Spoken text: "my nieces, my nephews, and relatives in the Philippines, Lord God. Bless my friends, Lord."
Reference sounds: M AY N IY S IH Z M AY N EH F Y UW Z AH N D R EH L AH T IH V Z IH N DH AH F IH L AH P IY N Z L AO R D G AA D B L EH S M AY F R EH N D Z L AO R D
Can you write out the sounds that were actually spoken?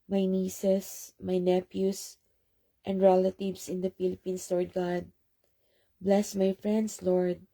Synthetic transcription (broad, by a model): M AY N IY S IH S M AY N EH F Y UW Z AH N D R EH L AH T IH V S IH N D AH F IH L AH P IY N S L AO R D G AA D B L EH S M AY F R EH N D S L AO R D